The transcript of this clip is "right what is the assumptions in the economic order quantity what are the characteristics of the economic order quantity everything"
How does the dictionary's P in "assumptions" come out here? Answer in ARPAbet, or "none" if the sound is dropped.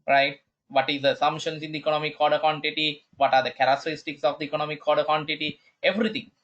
none